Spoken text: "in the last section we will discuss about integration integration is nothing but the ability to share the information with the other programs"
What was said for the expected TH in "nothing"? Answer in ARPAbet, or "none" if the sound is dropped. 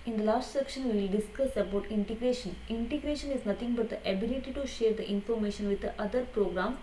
T